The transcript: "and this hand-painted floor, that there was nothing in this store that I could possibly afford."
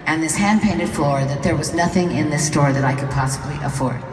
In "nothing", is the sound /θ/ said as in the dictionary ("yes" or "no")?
yes